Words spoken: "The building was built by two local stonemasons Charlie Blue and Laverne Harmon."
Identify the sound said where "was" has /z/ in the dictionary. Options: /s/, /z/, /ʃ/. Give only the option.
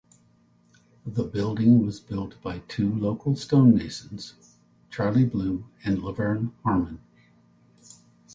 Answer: /z/